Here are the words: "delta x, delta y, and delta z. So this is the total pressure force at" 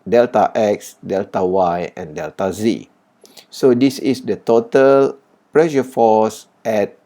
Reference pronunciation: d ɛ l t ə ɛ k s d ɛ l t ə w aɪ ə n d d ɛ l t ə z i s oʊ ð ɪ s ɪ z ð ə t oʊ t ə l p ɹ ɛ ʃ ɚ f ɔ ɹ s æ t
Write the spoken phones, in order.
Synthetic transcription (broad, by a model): d ɛ l t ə ɛ k s d ɛ l t ə w aɪ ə n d d ɛ l t ə z i s oʊ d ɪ s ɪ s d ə t oʊ t ə l p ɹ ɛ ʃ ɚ f ɔ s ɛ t